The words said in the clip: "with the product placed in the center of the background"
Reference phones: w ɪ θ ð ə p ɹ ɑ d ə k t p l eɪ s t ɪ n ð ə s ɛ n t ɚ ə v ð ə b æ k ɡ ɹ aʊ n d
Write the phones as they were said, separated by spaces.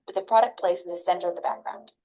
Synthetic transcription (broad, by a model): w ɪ ð ə p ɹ ɑ d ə k p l eɪ s ɪ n ð ə s ɛ n t ɚ ə v ð ə b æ k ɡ ɹ aʊ n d